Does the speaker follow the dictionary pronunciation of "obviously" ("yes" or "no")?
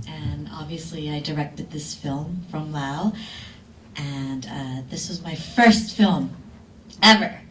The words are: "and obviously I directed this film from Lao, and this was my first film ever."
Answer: yes